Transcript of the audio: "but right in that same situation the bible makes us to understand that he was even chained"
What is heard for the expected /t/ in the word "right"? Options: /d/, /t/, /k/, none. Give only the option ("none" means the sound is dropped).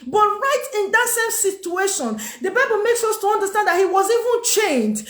/t/